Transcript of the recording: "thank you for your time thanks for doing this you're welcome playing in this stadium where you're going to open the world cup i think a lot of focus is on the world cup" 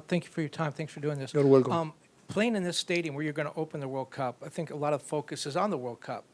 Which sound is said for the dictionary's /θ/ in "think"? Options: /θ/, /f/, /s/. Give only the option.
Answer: /θ/